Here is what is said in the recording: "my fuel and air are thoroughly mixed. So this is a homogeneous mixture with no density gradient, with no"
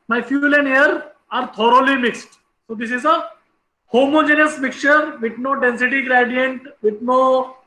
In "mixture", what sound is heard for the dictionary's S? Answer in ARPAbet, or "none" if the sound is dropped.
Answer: none